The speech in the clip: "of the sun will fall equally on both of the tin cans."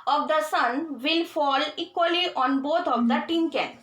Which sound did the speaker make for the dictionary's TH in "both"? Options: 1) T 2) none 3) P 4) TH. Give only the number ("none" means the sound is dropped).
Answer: 1